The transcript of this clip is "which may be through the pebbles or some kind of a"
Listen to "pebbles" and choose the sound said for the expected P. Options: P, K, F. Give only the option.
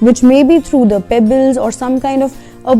P